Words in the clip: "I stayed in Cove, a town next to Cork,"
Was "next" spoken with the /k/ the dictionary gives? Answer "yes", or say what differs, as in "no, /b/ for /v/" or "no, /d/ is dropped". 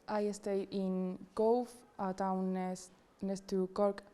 no, /k/ is dropped